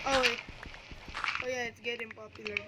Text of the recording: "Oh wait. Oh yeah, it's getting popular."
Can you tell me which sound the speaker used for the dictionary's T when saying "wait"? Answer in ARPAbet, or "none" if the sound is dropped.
none